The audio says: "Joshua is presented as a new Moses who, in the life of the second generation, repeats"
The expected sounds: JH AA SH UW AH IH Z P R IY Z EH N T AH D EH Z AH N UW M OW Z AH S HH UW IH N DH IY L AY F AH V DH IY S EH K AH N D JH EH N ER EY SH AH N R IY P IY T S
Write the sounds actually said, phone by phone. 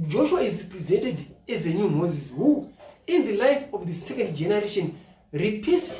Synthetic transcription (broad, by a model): JH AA SH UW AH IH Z P R IY Z EH N T AH D EH Z AH N UW M OW Z AH S HH UW IH N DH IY L AY F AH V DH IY S EH K AH N D JH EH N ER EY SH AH N R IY P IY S